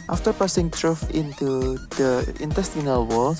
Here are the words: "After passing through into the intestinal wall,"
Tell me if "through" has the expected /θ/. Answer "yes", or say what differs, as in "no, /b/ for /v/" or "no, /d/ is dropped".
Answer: no, /t/ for /θ/